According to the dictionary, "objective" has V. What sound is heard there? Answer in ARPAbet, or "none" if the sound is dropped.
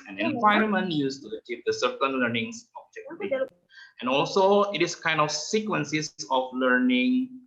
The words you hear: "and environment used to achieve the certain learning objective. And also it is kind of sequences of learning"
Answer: none